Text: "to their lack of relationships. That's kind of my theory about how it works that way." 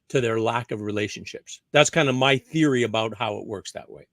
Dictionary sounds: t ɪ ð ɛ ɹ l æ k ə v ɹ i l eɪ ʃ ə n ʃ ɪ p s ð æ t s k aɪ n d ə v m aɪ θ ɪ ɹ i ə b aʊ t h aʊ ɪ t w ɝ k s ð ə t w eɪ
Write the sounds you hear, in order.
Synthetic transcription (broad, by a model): t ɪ ð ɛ ɹ l æ k ə v ɹ i l eɪ ʃ ə n ʃ ɪ p s ð æ t s k aɪ n d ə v m aɪ θ ɪ ɹ i ə b aʊ t h aʊ ɪ t w ɝ k s ð ə t w eɪ